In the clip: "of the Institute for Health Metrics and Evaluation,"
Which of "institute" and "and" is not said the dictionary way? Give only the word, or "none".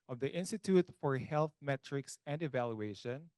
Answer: none